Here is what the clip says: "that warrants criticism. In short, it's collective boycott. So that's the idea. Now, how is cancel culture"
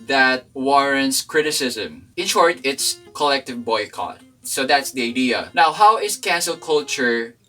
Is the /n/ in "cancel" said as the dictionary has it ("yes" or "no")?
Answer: yes